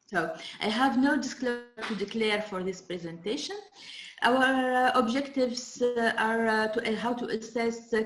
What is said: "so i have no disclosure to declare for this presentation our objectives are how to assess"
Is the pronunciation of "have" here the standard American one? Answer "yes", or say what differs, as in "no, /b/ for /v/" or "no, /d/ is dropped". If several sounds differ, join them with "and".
yes